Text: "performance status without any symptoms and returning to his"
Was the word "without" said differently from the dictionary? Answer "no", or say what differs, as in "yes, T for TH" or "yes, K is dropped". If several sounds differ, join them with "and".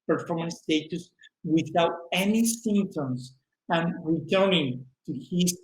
no